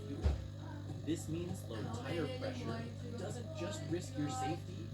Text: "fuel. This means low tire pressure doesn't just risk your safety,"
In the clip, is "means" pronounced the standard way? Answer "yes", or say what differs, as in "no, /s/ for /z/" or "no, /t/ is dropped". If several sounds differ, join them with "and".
yes